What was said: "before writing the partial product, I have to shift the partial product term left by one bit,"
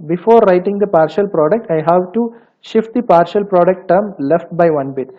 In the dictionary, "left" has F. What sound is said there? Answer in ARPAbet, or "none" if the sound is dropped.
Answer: F